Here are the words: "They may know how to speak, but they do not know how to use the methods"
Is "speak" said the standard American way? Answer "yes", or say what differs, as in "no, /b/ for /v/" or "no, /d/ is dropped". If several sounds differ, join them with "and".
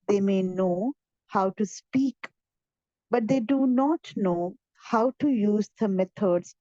yes